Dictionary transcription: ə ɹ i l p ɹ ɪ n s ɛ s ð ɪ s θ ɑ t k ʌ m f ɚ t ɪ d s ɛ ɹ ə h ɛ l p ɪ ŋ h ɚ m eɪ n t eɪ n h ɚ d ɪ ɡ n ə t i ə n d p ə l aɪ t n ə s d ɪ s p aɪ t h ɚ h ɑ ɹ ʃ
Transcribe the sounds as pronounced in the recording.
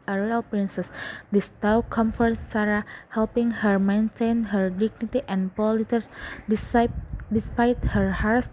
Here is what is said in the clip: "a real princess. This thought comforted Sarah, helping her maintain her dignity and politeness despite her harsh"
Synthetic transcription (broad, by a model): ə ɹ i l p ɹ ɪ n s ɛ s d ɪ s t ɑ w k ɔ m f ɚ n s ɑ ɹ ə h ɛ l p ɪ ŋ h ɚ m eɪ n t eɪ n h ɚ d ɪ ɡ n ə t i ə n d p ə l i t ə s d ɪ s p aɪ t h ɚ h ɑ ɹ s